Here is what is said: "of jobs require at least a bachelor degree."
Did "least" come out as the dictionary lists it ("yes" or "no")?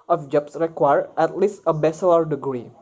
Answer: yes